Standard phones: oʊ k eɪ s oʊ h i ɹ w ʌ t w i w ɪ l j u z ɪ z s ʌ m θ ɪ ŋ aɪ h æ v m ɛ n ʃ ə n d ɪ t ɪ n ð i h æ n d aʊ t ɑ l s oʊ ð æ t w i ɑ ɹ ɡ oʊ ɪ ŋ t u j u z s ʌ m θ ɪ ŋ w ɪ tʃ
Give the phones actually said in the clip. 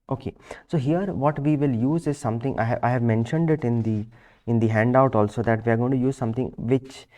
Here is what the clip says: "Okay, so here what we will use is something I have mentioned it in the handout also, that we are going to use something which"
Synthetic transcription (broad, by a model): oʊ k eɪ s oʊ h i ɹ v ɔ t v i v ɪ l j u z ɪ z s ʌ m t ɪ ŋ aɪ h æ v m ɛ n ʃ ə n d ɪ t ɪ n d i h æ n d aʊ t ɑ l s oʊ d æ t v i ɑ ɹ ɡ oʊ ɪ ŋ t u j u z s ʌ m t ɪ ŋ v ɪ tʃ